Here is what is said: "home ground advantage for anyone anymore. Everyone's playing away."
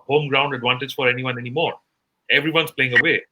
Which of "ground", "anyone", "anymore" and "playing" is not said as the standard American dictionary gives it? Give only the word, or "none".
none